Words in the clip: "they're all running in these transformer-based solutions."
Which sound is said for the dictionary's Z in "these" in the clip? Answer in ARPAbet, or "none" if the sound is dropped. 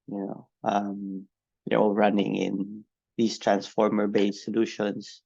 S